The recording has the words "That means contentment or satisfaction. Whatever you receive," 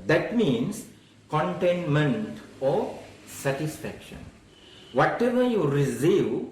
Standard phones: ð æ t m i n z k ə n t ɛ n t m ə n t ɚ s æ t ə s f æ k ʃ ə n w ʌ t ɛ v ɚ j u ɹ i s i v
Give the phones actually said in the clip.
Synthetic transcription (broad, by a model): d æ t m i n s k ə n t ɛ n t m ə n t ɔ s æ t ə s f æ k ʃ ə n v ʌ t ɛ v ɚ j u ɹ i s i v